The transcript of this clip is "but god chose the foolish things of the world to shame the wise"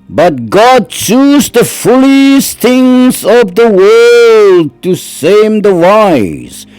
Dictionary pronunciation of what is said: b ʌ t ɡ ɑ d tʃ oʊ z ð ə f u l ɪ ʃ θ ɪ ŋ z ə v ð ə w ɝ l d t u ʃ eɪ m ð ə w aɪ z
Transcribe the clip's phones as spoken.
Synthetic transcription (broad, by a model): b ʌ t ɡ ɑ d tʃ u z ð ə f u l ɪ s θ ɪ ŋ z ə v ð ə w ɝ l d t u s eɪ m ð ə w aɪ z